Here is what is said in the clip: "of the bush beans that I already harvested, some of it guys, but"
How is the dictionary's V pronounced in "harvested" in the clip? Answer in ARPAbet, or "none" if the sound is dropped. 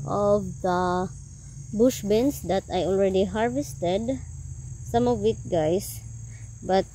V